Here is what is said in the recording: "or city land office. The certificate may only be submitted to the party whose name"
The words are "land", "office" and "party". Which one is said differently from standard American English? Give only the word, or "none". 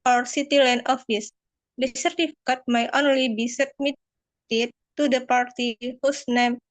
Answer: land